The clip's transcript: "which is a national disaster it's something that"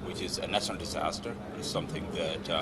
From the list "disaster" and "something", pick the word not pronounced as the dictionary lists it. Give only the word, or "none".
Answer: none